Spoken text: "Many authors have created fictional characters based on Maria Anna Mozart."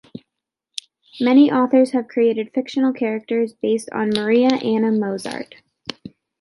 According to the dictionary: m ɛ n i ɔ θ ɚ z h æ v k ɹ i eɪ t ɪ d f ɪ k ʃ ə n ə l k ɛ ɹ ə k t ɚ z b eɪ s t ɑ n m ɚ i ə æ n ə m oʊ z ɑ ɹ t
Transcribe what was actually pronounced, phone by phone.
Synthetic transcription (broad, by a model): m ɛ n i ɔ θ ɚ z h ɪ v k ɹ i eɪ t ɪ d f ɪ k ʃ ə n l k ɛ ɹ ə k t ɚ z b eɪ s t n m ɚ i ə æ n ə m oʊ z ɑ ɹ t